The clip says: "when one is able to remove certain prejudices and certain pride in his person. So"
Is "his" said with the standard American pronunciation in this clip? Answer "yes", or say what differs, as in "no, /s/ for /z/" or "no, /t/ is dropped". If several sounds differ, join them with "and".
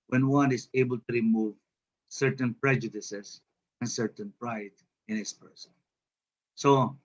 no, /s/ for /z/